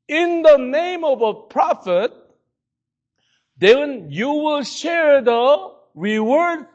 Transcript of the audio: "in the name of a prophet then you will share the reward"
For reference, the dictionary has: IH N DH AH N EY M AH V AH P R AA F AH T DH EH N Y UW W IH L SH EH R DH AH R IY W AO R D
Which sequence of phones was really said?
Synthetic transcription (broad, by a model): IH N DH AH N EY M AH V AH P R AA F AH T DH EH N Y UW W IH L SH EH R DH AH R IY W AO R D